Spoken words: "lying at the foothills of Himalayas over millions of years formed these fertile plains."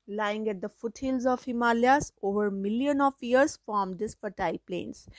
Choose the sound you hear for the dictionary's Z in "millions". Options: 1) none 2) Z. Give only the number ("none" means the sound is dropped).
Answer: 1